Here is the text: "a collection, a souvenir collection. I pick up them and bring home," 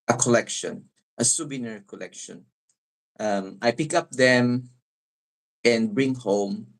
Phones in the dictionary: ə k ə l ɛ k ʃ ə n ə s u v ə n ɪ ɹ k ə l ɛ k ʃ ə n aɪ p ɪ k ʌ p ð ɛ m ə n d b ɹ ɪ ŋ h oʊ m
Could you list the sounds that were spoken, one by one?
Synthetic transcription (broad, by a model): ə k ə l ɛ k ʃ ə n ə s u b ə n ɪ ɹ k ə l ɛ k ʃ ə n aɪ p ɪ k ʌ p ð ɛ m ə n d b ɹ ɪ ŋ h oʊ m